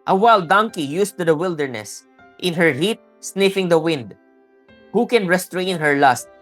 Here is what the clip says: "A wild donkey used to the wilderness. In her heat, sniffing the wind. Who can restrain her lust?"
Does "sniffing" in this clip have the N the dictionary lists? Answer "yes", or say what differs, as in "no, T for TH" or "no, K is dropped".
yes